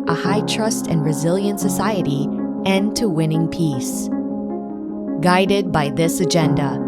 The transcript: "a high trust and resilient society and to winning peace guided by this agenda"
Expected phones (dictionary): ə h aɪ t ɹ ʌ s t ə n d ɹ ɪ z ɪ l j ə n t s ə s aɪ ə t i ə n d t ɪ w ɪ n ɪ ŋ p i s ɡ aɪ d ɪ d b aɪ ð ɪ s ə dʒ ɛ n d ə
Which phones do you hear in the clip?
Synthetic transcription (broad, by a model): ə h aɪ t ɹ ʌ s t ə n ɹ ɪ z ɪ l j ə n t s ə s aɪ ə t i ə n t ɪ w ɪ n ɪ ŋ p i s ɡ aɪ d ɪ d b aɪ ð ɪ s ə dʒ ɛ n d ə